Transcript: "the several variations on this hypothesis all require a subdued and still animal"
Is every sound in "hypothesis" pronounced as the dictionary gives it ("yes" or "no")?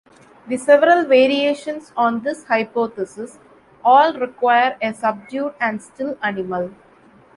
no